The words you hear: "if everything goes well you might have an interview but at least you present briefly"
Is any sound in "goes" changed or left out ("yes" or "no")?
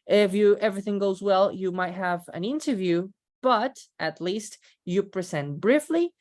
no